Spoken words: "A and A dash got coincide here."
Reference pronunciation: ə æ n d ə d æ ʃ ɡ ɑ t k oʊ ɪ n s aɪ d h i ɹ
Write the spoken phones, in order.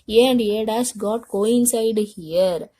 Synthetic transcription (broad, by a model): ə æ n d ə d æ s ɡ ɑ t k oʊ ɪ n s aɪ d h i ɹ